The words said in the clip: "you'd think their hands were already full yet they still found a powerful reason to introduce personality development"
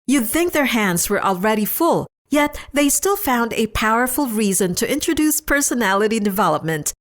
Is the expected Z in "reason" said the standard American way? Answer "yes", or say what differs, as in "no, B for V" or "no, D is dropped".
yes